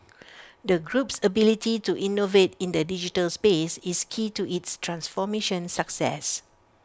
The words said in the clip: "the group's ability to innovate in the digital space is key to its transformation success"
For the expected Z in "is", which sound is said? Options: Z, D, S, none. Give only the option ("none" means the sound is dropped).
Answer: S